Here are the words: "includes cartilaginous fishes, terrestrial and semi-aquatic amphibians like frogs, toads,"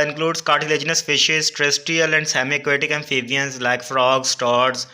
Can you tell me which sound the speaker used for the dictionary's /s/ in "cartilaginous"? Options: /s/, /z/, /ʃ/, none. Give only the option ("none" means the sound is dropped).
/s/